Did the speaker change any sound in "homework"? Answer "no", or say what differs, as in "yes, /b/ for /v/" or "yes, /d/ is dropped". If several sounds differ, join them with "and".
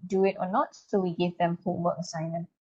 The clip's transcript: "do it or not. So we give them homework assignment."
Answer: yes, /m/ is dropped